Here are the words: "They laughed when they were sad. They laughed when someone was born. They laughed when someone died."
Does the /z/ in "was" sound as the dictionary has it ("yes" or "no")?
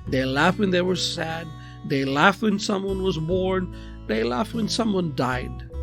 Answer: yes